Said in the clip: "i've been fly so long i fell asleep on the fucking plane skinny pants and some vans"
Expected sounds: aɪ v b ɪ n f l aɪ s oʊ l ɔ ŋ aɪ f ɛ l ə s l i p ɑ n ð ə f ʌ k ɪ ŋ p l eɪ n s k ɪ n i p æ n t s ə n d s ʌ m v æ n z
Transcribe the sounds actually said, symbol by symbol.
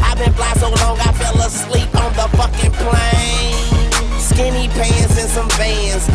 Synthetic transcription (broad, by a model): aɪ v b ɪ n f l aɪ s oʊ l ɔ ŋ aɪ f ɛ l ə s l i p n ð ə f ʌ k ɪ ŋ p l eɪ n s k ɪ n i p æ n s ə n s ʌ m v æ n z